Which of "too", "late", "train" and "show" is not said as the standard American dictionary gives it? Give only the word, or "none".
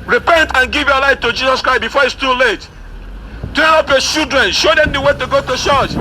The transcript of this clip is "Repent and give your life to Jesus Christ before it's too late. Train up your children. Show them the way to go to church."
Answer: train